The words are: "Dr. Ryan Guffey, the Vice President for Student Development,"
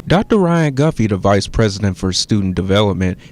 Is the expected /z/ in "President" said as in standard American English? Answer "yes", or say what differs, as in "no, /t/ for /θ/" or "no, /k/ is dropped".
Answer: yes